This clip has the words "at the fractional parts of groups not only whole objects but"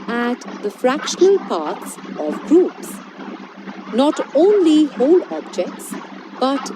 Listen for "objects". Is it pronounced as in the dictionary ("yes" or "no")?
yes